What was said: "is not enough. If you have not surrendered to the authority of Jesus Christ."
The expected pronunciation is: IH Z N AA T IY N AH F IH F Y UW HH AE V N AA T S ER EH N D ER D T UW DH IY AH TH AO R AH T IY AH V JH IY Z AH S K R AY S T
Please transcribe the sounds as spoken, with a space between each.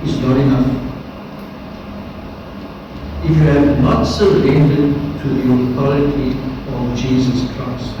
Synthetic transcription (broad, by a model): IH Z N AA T IY N AH F IH F Y UW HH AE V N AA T S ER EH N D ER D T UW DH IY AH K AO L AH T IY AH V JH IY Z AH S K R AY S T